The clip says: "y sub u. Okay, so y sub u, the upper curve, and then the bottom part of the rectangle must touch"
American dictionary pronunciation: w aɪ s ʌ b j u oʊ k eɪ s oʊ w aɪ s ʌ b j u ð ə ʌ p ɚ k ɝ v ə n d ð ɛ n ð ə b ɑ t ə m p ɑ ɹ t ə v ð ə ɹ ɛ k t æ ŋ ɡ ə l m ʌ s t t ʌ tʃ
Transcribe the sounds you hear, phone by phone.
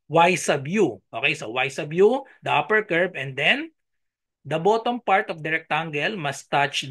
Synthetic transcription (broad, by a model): w aɪ s ʌ b j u oʊ k eɪ s oʊ w aɪ s ʌ b j u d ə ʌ p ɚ k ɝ b ə n d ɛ n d ə b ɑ t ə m p ɑ ɹ t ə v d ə ɹ ɛ k t æ ŋ ɡ ə l m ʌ s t t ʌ tʃ